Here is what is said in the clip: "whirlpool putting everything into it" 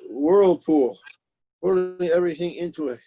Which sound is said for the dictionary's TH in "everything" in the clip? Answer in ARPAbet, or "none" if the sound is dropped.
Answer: TH